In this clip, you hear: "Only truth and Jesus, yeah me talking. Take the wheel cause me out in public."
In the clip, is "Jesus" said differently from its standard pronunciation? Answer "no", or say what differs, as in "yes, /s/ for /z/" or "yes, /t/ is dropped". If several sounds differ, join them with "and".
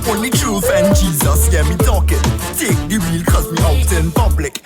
no